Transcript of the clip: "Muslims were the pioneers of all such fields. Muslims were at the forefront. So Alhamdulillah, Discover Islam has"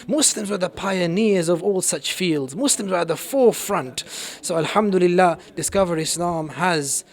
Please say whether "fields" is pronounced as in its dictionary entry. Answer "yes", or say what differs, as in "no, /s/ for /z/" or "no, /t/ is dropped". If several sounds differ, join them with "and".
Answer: yes